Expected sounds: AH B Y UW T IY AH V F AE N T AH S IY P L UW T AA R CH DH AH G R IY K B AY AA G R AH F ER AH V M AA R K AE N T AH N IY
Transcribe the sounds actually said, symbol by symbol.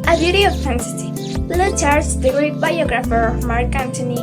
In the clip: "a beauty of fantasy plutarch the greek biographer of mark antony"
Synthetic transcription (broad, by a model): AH B Y UW T IY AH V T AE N S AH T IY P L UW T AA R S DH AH G R IY K B AY AA G R AH F ER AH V M AA R K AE N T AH N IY